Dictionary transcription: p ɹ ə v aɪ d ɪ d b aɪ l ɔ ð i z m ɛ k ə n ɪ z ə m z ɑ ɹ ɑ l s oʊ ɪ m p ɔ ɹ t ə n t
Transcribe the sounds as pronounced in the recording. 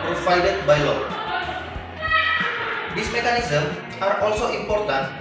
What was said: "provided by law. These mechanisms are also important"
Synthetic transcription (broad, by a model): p ɹ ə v aɪ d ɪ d b aɪ l ɔ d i s m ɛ k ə n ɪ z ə m ɑ ɹ ɑ l s oʊ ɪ m p ɔ ɹ t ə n